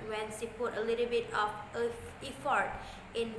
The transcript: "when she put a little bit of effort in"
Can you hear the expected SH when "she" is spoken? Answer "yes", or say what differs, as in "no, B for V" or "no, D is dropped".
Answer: no, S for SH